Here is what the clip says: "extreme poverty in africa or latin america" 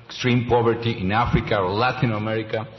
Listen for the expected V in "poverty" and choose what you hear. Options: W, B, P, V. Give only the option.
B